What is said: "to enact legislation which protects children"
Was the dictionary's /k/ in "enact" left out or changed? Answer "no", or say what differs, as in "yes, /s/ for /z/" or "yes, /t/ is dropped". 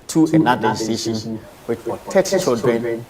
yes, /k/ is dropped